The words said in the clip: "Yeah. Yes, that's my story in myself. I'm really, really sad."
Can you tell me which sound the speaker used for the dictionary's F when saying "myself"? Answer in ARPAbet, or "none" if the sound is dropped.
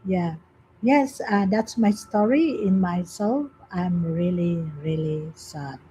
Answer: F